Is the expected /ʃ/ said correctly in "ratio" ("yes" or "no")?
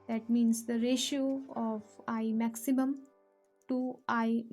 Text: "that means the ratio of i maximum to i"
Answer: yes